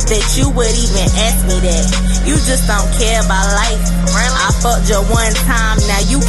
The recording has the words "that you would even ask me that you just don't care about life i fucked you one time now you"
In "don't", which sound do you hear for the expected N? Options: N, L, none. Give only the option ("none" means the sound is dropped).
N